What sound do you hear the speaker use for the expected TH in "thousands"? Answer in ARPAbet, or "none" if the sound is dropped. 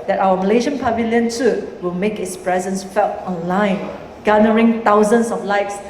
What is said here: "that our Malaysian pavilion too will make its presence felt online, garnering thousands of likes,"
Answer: T